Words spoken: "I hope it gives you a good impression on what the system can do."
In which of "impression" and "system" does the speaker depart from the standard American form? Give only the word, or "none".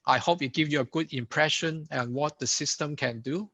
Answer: none